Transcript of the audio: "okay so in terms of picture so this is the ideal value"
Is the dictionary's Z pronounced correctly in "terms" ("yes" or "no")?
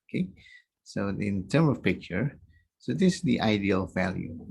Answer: no